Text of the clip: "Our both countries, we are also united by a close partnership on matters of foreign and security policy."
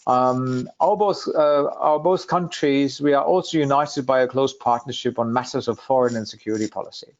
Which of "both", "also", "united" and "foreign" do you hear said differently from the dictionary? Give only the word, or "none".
none